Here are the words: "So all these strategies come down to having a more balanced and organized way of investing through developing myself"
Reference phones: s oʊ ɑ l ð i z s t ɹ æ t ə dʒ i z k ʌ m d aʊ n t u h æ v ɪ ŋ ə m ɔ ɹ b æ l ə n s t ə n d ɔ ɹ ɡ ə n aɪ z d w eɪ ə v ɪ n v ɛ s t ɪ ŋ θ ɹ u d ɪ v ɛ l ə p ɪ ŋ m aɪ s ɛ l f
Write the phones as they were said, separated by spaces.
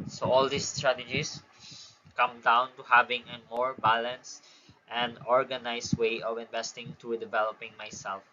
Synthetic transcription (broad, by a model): s oʊ ɑ l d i s t ɹ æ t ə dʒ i s k ʌ m d aʊ n t u h æ v ɪ ŋ ə m ɔ ɹ b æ l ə n s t ə n d ɔ ɹ ɡ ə n aɪ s w eɪ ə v ɪ n v ɛ s t ɪ ŋ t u d ɪ v ɛ l ə p ɪ ŋ m aɪ s ɛ l f